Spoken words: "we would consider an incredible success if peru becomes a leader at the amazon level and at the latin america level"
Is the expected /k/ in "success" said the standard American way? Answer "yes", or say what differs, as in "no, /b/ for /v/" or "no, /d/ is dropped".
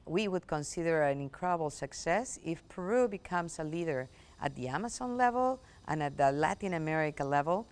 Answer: yes